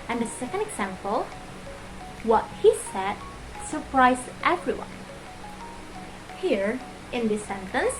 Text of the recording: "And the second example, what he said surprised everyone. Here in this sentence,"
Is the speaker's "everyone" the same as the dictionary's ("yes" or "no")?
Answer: yes